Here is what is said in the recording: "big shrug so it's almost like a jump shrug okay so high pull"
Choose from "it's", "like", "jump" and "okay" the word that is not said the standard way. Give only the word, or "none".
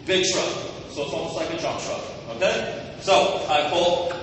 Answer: jump